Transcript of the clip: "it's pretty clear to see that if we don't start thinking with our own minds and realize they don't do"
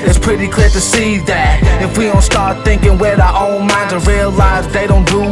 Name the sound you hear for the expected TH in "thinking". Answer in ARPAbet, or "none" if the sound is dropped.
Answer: TH